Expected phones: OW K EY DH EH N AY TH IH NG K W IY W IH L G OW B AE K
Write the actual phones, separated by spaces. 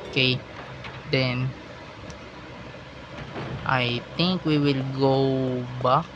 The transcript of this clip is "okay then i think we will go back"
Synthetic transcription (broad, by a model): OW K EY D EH N AY T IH NG K W IY W IH L G OW B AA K